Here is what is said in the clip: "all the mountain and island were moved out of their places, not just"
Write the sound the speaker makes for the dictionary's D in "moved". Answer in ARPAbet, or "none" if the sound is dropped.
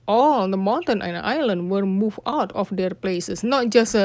none